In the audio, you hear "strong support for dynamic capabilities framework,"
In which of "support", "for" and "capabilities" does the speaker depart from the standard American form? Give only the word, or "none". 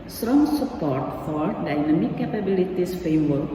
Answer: capabilities